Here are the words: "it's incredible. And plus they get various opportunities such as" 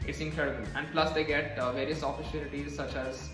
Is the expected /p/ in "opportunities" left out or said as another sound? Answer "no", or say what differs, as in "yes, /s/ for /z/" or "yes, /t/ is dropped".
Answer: yes, /f/ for /p/